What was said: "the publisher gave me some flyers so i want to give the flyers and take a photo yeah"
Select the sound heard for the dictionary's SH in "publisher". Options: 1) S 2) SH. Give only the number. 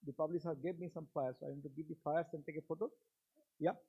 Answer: 1